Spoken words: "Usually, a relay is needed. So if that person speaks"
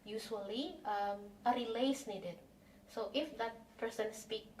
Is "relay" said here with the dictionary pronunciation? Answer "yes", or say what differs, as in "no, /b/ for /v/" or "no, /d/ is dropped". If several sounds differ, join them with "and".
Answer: yes